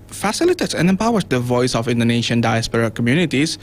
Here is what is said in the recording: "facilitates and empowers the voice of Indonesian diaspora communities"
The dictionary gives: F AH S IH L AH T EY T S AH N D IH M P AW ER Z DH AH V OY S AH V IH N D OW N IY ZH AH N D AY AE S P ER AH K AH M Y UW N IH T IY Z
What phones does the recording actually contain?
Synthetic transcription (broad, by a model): F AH S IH L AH T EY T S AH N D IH M P AW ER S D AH V OY S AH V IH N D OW N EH SH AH N D AY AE S P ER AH K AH M Y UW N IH T IY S